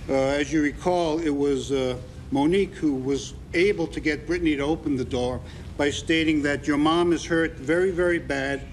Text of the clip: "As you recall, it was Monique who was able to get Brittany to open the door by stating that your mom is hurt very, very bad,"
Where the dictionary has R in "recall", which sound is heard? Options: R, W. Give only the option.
R